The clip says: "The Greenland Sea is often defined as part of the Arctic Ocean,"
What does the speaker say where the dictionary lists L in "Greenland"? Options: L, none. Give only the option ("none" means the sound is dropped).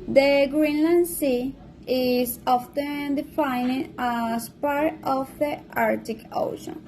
L